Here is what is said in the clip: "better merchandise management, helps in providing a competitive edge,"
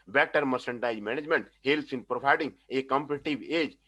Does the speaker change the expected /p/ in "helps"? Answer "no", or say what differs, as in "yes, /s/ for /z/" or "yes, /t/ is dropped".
yes, /p/ is dropped